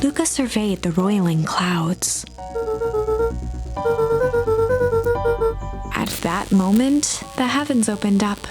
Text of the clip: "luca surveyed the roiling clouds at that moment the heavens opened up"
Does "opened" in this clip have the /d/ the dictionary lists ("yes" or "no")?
yes